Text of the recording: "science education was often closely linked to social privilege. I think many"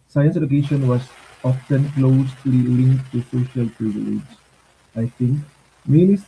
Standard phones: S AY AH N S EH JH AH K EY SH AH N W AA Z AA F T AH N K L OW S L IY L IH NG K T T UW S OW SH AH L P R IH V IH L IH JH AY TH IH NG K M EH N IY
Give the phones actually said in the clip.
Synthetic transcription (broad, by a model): S AY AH N S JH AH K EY SH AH N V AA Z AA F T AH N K L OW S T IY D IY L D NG T UW S OW SH AH L P R IH V IH L IH JH AY T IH NG K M EH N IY